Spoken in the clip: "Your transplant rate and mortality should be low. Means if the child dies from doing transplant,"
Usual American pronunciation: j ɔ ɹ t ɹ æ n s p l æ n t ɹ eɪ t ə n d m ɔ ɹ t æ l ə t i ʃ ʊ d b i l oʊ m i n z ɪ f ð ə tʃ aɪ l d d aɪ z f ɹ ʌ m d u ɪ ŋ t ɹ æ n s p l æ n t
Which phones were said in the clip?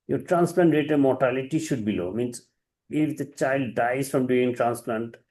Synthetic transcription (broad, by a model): j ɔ ɹ t ɹ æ n s p l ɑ n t ɹ eɪ t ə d m ɔ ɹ t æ l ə t i ʃ ʊ d b i l oʊ m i n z ɪ f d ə tʃ aɪ l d d aɪ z f ɹ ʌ m d u ɪ ŋ t ɹ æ n s p l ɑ n t